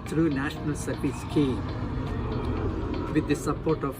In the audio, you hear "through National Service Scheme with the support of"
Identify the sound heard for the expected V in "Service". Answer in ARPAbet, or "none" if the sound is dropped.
P